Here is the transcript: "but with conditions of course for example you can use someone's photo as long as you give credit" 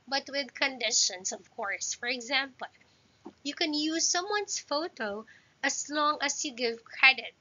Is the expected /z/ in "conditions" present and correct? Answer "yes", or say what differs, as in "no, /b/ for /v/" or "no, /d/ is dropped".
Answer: no, /s/ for /z/